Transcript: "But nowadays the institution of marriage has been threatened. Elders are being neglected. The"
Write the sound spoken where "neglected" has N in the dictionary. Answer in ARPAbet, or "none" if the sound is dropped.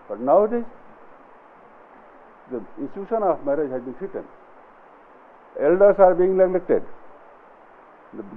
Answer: L